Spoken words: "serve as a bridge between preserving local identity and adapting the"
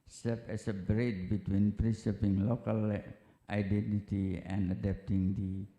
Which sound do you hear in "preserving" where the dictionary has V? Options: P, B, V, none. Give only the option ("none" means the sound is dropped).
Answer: P